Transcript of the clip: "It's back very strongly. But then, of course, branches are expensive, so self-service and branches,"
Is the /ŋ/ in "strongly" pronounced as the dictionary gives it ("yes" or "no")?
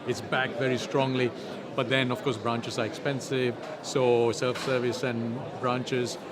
yes